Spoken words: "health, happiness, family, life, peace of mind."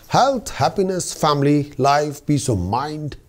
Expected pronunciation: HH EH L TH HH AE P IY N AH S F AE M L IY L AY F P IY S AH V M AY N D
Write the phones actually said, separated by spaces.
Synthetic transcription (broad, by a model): HH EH L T HH AE P IY N AH S F AE M L IY L AY F B IY S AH M AY N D